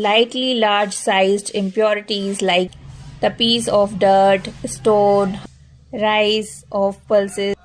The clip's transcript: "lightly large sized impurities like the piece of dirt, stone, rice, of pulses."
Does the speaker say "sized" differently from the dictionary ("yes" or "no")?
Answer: no